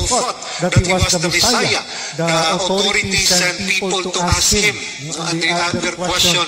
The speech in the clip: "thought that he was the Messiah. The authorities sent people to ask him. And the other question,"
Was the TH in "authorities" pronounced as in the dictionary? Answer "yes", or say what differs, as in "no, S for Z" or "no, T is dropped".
no, T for TH